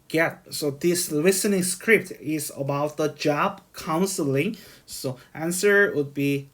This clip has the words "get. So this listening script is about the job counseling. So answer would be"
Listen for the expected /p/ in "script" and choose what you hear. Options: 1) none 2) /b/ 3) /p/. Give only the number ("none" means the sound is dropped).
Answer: 3